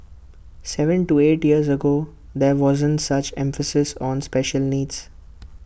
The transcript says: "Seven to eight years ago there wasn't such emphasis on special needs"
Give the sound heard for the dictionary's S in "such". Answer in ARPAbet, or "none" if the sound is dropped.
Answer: S